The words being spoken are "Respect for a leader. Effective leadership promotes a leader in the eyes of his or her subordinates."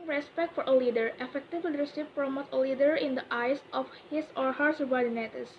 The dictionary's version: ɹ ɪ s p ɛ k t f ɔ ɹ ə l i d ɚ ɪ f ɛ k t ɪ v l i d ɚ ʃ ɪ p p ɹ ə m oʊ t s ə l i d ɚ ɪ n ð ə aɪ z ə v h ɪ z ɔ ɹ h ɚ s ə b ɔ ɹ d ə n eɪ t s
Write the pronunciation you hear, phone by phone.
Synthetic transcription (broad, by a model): ɹ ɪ s p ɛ k t f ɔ ɹ ə l i d ɚ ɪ f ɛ k t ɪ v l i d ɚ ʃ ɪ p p ɹ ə m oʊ t ə l i d ɚ ɪ n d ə aɪ s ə f h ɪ s ɔ ɹ h ɚ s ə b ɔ ɹ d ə n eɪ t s